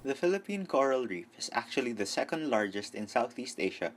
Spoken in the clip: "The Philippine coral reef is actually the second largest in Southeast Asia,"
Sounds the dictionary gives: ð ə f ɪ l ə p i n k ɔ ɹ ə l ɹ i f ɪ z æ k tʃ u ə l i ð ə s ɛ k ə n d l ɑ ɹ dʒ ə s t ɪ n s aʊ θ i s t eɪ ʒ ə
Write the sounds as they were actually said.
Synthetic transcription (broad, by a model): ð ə f ɪ l ə p i n k ɔ ɹ ə l ɹ i f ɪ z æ k tʃ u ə l i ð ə s ɛ k ə n d l ɑ ɹ dʒ ə s t ɪ n s aʊ θ i s t eɪ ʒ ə